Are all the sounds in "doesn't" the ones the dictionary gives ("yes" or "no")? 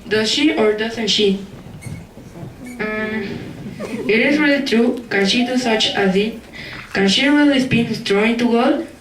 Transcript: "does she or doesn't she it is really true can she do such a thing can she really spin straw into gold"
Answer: no